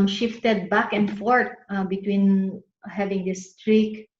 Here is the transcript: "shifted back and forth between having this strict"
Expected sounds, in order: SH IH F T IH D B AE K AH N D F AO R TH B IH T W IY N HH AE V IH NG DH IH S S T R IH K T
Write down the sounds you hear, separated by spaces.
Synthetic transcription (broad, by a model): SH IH F T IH D B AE K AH N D F AO R T B IH T W IY N HH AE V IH NG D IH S S T R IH K